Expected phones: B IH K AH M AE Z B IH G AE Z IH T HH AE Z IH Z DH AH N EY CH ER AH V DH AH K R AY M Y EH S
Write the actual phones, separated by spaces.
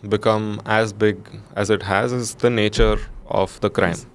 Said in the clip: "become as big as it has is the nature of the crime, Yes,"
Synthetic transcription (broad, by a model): B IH K AH M AE Z B IH G AE Z IH T HH AE Z IH Z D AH N EY CH ER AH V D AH K R AY M